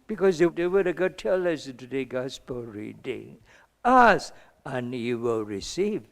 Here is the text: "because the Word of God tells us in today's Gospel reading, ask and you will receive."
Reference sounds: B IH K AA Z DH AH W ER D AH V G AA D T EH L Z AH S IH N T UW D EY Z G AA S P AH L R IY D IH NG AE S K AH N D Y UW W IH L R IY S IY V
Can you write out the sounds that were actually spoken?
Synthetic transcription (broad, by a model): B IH K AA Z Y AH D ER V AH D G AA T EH L AH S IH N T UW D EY G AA S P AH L R IY D IH NG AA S AH N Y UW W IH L R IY S IY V